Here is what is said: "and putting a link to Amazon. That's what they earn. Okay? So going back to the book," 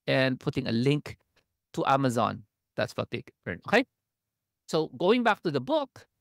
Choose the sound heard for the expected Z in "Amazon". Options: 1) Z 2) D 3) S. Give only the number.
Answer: 1